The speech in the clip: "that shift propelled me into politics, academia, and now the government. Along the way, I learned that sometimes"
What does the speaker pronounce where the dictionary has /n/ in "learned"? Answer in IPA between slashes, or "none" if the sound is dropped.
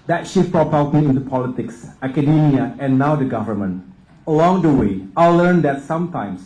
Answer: /n/